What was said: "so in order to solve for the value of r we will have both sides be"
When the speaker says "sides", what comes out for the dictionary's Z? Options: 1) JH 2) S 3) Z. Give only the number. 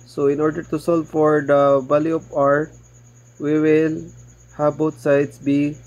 2